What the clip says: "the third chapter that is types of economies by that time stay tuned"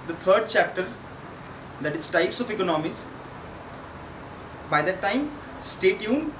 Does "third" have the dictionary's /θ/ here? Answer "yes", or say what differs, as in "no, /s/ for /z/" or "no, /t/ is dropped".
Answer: no, /t/ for /θ/